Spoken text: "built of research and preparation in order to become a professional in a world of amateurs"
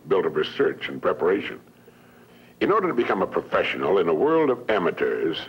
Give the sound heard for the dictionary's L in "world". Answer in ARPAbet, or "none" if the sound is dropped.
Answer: L